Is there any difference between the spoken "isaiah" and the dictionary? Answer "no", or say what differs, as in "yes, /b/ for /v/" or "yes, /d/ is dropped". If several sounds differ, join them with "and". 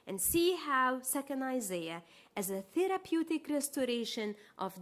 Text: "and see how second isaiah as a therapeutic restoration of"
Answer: no